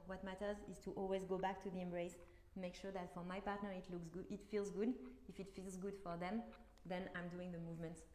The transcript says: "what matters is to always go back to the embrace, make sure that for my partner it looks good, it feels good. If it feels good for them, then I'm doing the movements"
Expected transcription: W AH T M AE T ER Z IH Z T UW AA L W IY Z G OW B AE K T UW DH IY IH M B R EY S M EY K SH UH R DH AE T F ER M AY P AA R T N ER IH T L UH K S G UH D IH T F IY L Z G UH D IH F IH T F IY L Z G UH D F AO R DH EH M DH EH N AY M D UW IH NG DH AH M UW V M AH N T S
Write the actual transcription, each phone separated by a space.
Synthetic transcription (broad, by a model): W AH T M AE T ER Z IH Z T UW AA L W IY Z G OW B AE K T UW DH IY IH M B R EY S M EY K SH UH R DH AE T F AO M AY P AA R T N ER IH T L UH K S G IH T F IY L Z G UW D IH F IH T F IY L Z G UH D F AO R DH EH M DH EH N AY M D UW IH NG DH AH M UW V M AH N T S